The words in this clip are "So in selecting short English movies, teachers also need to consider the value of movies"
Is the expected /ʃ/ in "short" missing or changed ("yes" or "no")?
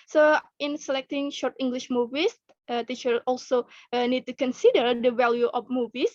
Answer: no